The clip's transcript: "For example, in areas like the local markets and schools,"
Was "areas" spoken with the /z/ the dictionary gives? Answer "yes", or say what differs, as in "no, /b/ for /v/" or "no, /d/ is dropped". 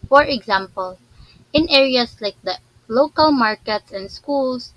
no, /s/ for /z/